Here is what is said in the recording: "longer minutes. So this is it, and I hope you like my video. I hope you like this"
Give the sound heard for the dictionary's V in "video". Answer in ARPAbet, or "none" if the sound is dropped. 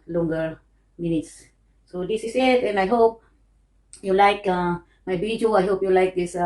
B